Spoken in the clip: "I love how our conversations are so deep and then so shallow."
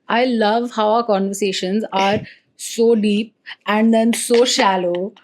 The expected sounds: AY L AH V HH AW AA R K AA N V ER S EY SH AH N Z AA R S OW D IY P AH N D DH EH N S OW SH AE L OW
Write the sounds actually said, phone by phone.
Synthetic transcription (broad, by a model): AY L AH V HH AW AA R K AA N V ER S EY SH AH N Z AA R S OW D IY P AH N D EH N S OW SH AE L OW